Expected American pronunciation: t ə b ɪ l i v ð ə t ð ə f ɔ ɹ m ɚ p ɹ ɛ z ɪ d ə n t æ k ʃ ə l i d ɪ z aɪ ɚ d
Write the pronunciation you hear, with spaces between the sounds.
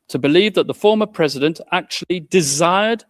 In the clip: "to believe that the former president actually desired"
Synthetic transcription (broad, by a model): t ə b ɪ l i v ð ə t ð ə f ɔ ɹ m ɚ p ɹ ɛ z ɪ d ə n t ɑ k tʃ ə l i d ɪ z aɪ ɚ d